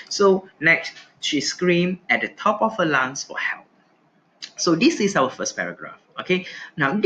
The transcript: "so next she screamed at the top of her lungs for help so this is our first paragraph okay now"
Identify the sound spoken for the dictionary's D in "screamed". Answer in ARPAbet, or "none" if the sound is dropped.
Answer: none